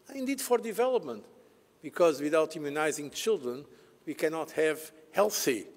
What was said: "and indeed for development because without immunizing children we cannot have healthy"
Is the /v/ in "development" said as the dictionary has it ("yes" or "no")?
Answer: yes